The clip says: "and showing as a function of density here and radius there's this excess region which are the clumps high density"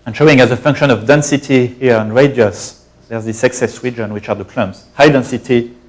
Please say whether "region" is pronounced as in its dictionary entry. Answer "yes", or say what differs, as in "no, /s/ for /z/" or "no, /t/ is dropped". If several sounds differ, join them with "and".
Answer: no, /w/ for /ɹ/